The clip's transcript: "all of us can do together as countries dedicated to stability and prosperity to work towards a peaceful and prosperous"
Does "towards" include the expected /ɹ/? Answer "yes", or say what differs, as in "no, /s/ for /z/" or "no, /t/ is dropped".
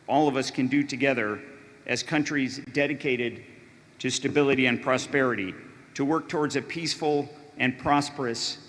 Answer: yes